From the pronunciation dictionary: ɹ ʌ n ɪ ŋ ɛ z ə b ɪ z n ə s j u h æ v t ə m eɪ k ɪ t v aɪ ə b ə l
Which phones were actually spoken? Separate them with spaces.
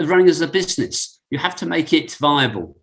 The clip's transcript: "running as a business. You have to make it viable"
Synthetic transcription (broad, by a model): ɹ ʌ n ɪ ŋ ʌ z ə b ɪ z n ə s j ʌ h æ f t ə m eɪ k ɪ t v aɪ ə b ə l